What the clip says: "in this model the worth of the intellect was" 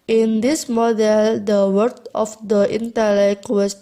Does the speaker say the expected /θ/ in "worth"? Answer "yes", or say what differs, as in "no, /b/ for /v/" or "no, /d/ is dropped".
no, /t/ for /θ/